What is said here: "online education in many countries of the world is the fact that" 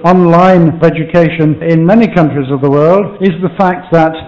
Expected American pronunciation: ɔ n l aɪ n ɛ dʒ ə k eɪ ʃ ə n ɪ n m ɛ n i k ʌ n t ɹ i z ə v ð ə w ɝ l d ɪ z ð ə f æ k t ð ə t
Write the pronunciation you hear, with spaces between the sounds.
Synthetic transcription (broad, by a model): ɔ n l aɪ n ɛ dʒ ə k eɪ ʃ ə n ɪ n m ɛ n i k ʌ n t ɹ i z ə v ð ə w ɝ l d ɪ z ð ə f æ k t ð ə t